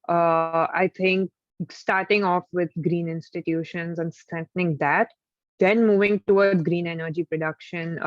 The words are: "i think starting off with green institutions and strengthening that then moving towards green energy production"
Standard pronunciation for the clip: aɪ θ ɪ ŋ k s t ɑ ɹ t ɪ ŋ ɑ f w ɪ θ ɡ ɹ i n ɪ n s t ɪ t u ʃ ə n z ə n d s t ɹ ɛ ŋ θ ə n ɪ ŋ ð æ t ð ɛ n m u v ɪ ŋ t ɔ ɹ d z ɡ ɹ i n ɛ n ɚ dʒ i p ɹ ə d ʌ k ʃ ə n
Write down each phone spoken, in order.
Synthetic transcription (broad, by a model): aɪ t ɪ ŋ k s t ɑ ɹ t ɪ ŋ ɑ f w ɪ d ɡ ɹ i n ɪ n s t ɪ t u ʃ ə n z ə n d s t ɹ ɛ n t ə n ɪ ŋ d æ t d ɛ n m u v ɪ ŋ t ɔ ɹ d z ɡ ɹ i n ɛ n ɚ dʒ i p ɹ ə d ʌ k ʃ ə n